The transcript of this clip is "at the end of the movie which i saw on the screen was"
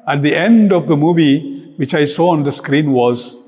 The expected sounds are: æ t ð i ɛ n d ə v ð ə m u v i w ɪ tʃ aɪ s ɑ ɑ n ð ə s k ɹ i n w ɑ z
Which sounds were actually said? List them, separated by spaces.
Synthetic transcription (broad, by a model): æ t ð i ɛ n d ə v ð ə m u v i w ɪ tʃ aɪ s ɑ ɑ n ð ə s k ɹ i n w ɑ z